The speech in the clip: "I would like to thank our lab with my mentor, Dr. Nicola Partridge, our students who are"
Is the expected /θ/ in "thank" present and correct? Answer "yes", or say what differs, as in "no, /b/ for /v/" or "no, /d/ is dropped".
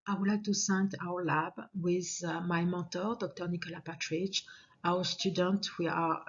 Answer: no, /s/ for /θ/